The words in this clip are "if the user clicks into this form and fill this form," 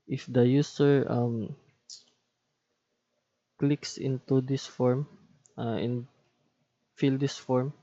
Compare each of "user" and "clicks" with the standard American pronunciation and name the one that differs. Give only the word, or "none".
user